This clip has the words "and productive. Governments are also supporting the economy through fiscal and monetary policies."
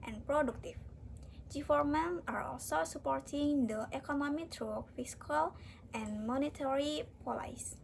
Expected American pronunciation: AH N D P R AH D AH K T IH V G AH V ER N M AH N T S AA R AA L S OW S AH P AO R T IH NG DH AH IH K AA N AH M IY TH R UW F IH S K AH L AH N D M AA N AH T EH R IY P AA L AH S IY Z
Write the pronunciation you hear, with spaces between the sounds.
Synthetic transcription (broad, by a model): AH N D P R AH D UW K T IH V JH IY F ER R M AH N AA R AA L S OW S AH P AO R T IH NG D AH IH K AA N AH M IY T R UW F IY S K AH L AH N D M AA N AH T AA R IY P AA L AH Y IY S